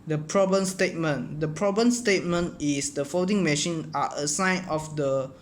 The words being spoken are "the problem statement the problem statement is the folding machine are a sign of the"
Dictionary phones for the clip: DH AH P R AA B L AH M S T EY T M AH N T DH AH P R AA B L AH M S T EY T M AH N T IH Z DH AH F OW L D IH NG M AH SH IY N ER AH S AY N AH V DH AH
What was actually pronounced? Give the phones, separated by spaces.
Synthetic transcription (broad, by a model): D AH P R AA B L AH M S T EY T M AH N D AH P R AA B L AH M S T EY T M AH N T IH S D AH F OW D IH NG M AH SH IY N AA AH S AY N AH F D AH